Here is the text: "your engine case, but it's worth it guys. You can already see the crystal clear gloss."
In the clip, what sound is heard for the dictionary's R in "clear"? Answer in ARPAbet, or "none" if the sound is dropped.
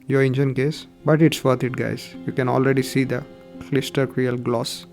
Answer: L